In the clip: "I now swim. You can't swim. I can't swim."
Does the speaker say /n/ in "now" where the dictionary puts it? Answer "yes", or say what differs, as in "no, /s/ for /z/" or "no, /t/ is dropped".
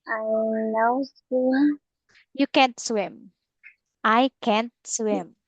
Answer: no, /l/ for /n/